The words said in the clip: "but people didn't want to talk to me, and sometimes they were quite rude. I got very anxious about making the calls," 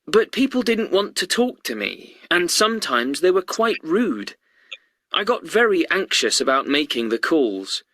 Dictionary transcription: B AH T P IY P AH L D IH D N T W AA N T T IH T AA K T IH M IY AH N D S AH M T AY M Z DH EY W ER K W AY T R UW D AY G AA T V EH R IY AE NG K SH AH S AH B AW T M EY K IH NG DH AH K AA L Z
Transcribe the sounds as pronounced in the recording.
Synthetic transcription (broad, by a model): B AH T P IY P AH L D IH D N T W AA N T T IH T AA K T IH M IY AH N S AH M T AY M Z DH EY W ER K W AY T R UW D AY G AA T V EH R IY AE NG K SH AH S AH B AW T M EY K IH NG DH AH K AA L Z